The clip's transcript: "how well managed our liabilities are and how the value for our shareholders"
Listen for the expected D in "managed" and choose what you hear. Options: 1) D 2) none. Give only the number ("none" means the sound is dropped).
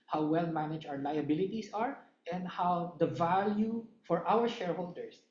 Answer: 2